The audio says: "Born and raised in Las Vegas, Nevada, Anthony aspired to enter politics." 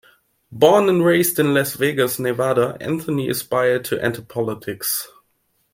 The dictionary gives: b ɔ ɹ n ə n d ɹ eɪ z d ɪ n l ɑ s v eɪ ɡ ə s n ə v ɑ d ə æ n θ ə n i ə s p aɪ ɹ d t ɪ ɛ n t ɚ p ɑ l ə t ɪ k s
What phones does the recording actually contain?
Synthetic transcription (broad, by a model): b ɔ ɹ n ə n ɹ eɪ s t ɪ n l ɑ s v eɪ ɡ ə s n ə v ɑ d ə æ n θ ə n i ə s p aɪ ɹ d t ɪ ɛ n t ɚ p ɑ l ə t ɪ k s